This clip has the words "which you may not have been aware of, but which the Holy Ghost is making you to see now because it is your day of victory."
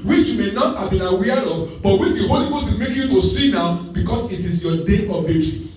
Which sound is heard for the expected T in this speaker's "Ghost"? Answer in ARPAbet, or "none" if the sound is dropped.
none